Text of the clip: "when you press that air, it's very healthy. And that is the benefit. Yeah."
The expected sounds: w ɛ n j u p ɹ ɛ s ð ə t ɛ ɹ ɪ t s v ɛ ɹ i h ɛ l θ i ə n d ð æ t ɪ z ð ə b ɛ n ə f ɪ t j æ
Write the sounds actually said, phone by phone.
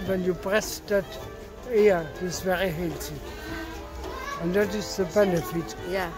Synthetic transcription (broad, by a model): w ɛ n j u b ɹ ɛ s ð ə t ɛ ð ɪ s v ɛ ɹ i h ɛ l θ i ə n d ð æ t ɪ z ð ə b ɛ n ə f ɪ t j